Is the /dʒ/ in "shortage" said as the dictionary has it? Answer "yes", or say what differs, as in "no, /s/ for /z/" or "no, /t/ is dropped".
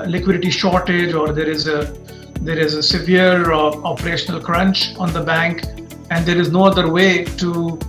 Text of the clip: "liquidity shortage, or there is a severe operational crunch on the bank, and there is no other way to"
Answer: yes